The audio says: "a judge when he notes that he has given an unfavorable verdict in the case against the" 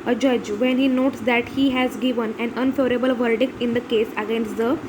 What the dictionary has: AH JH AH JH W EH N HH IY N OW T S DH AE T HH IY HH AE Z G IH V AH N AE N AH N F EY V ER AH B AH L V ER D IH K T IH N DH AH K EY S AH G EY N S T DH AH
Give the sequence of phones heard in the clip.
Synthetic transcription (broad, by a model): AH JH AH JH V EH N HH IY N OW T S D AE T HH IY HH AE Z G IH V AH N AE N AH N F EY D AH B AH L V ER D IH K T IH N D AH K EY S AH G EY N S T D AH